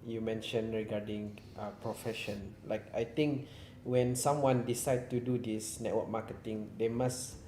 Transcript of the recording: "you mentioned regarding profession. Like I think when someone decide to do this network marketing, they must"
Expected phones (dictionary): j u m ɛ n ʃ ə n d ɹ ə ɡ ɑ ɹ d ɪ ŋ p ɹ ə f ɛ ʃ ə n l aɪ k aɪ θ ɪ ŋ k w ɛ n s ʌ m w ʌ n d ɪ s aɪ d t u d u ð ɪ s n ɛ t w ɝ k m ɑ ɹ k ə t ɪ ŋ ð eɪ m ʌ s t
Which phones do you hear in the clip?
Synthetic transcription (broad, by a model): j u m ɛ n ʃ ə n ɹ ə ɡ ɑ d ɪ ŋ p ɹ ə f ɛ ʃ ə n l aɪ k aɪ t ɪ ŋ k w ɛ n s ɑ m w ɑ n d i s aɪ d t u d u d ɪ s n ɛ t w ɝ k m ɑ k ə t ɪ ŋ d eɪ m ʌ s